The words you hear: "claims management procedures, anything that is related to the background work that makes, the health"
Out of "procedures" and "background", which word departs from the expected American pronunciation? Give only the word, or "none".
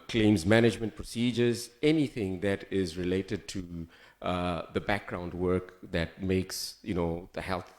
none